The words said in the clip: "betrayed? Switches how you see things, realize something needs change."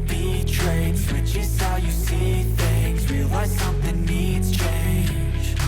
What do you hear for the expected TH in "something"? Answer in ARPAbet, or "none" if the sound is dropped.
TH